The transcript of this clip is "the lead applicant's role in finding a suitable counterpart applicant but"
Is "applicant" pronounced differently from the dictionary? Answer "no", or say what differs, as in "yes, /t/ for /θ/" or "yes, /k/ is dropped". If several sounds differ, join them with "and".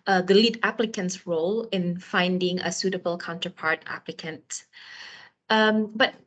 no